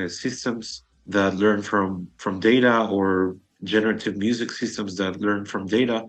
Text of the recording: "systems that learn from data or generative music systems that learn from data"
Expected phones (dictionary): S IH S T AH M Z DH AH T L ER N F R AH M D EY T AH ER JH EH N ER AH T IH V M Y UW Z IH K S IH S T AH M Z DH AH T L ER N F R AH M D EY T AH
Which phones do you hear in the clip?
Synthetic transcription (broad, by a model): S IH S T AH M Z DH AH T L ER N F R AH M D EY T AH ER JH EH N ER AH T IH V M Y UW Z IH K S IH S T AH M Z DH AH T L ER N F R AH M D EY T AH